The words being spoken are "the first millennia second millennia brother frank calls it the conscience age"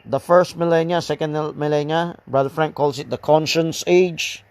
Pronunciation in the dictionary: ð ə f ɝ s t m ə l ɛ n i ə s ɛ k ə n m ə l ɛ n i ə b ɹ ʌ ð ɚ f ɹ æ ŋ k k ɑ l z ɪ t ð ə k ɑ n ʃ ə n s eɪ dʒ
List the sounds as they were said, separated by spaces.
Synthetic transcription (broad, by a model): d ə f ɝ s t m ə l ɛ n i ə s ɛ k ə n m ə l ɛ n i ə b ɹ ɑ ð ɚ f ɹ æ ŋ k k ɑ l s ɪ t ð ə k ɑ n ʃ ə n s eɪ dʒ